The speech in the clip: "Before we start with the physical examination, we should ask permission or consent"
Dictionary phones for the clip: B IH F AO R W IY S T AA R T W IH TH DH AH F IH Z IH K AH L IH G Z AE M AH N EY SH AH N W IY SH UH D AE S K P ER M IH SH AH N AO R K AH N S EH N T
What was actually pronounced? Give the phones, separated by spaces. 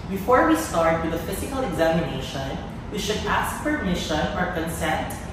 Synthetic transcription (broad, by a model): B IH F AO R W IY S T AA R T W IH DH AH F IH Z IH K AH L IH G Z AE M AH N EY SH AH N W IY SH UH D AE S K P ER M IH SH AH N AO R K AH N S EH N T